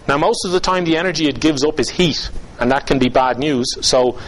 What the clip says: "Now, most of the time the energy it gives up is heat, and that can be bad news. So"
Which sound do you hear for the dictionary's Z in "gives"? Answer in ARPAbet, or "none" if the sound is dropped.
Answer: Z